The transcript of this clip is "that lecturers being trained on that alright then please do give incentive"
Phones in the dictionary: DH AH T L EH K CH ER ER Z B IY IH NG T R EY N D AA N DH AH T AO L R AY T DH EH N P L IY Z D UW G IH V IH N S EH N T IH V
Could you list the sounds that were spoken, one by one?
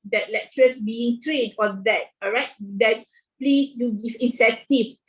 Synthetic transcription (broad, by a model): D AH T L EH K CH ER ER S B IY IH NG T R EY D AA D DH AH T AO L R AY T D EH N P L IY S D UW G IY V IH N S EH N T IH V